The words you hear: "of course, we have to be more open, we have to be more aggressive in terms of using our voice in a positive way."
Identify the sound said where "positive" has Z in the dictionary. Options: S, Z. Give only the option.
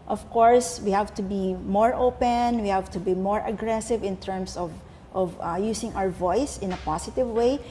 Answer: S